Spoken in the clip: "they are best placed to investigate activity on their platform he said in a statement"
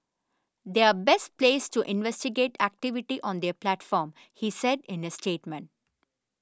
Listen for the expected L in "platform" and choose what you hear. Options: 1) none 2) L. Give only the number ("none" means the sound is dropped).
2